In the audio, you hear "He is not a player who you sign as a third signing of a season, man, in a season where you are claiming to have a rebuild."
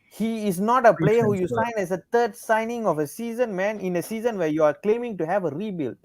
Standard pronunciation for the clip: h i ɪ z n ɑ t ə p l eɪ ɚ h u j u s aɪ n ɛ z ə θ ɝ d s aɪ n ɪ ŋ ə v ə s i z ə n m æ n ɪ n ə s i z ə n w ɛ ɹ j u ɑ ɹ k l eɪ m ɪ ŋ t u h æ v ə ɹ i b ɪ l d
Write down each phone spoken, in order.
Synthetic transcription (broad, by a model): h i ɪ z n ɑ t ə p l eɪ ɚ h u j u s aɪ n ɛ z ə t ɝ d s aɪ n ɪ ŋ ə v ə s i z ə n m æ n ɪ n ə s i z ə n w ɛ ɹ j u ɑ ɹ k l eɪ m ɪ ŋ t u h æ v ə ɹ i b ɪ l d